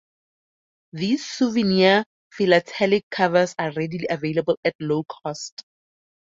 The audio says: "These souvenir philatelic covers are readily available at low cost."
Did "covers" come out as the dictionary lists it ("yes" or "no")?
no